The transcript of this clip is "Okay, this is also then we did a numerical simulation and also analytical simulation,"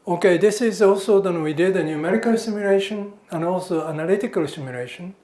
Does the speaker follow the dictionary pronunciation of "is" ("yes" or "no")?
yes